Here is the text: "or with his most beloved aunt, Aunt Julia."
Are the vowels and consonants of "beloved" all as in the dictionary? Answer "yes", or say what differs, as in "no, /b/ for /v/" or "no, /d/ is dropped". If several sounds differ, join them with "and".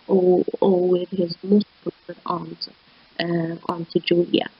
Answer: no, /v/ is dropped